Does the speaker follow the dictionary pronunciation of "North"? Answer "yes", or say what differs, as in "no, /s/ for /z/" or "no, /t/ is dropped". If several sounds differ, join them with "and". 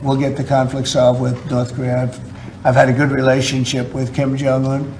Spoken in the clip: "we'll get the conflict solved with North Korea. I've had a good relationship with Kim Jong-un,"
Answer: yes